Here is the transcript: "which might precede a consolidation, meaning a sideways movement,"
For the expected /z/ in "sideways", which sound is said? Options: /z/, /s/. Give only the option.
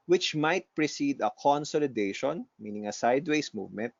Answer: /s/